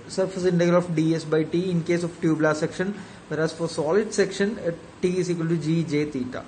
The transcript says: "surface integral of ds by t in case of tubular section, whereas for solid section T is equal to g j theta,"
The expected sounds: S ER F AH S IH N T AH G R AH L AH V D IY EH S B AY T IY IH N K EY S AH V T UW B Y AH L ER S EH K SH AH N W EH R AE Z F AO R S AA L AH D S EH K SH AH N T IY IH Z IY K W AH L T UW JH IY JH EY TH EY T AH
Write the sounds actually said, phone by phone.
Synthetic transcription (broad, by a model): S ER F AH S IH N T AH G AH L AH F D IY EH S B AY T IY IH N K EY S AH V T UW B L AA S EH K SH AH N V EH R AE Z F AO R S AA L AH D S EH K SH AH N T IY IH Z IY K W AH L T UW JH IY JH EY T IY T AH